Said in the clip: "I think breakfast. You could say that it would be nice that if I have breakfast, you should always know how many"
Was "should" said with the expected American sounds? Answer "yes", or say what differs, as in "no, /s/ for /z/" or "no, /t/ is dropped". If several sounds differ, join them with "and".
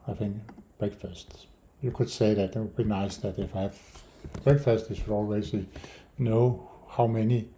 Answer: no, /s/ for /ʃ/